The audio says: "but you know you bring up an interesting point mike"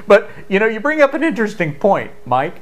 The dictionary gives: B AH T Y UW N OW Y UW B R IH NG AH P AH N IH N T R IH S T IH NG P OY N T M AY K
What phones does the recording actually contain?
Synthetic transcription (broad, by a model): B AH T Y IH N OW Y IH B R IH NG AH P AH N IH N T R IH S T IH NG P OY N T M AY K